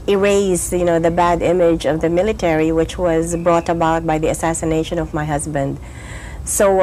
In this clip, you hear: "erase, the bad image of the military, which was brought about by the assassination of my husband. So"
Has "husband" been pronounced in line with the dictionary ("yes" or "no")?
yes